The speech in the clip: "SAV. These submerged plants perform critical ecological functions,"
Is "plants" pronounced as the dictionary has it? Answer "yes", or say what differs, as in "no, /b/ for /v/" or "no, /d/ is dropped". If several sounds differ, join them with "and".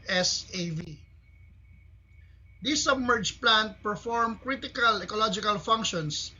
no, /s/ is dropped